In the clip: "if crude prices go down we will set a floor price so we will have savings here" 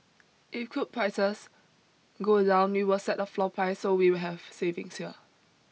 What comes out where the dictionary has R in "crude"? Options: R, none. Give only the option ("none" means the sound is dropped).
none